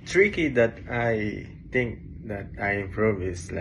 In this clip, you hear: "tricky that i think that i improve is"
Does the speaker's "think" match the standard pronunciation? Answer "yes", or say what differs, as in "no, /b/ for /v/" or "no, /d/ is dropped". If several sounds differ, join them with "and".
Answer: no, /t/ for /θ/